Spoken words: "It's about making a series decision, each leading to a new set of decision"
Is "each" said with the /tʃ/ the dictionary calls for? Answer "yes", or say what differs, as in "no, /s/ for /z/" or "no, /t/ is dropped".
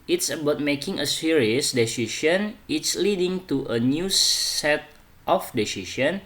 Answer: no, /s/ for /tʃ/